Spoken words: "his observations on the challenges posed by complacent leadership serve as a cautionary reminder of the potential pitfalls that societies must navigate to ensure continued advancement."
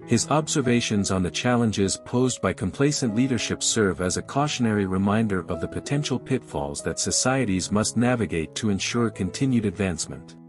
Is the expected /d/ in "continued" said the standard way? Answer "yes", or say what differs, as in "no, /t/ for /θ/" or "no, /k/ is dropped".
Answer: yes